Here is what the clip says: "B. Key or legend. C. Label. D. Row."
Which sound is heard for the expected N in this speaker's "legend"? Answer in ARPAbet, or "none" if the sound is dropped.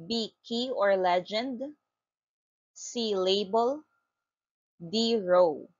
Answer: N